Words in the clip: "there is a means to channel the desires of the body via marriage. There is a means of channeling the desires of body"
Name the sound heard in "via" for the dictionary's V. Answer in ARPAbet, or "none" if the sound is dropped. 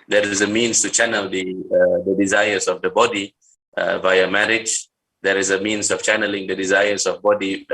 V